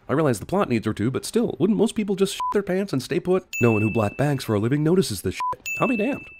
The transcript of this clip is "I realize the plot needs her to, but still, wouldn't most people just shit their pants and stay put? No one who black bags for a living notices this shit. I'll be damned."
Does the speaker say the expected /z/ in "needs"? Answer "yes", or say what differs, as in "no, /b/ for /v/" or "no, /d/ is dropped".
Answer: yes